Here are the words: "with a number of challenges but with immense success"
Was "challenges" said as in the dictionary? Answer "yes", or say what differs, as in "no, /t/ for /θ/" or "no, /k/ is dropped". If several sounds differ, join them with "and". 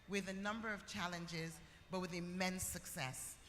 yes